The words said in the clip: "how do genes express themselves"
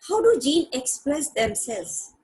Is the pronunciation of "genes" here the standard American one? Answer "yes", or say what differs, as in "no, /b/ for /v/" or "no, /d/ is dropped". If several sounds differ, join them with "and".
no, /z/ is dropped